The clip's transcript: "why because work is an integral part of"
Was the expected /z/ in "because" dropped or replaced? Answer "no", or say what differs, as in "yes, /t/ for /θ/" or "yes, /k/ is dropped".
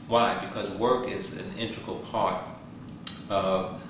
no